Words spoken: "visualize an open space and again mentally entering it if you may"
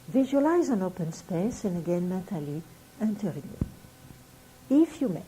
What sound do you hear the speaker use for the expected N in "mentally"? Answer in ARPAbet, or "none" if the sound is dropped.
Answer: none